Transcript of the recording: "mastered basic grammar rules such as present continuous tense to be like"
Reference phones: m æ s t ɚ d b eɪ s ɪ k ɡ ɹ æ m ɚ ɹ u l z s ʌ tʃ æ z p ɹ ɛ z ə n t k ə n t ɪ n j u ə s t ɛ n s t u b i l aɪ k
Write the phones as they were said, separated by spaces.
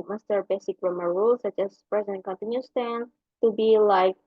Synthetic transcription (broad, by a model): m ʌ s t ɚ b eɪ s ɪ k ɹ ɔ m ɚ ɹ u l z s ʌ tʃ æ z p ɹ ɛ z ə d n k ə n t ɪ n j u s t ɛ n t u b i l aɪ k